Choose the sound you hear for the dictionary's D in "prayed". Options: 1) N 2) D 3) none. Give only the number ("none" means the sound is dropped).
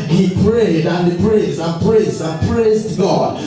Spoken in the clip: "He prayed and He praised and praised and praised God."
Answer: 2